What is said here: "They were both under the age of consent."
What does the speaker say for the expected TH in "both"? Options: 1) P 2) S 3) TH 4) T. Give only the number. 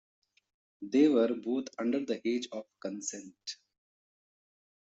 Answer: 4